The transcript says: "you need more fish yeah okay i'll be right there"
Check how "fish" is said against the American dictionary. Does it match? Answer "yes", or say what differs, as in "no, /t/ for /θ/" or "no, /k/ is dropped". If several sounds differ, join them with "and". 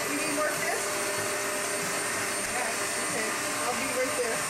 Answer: no, /s/ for /ʃ/